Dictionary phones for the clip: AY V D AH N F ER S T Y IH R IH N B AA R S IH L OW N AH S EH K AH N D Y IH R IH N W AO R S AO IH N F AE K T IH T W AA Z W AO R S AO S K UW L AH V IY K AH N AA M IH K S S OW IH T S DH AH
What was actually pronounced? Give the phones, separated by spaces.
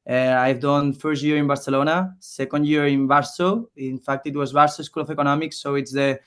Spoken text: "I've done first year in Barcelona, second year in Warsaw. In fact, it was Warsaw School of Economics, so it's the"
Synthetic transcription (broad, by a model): AY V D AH N F ER S T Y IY R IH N B AA R S IH L OW N AH S EH K AH N D Y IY R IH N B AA R S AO IH N F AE K T IH T W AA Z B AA R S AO S K UW L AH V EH K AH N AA M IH K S S OW IH T S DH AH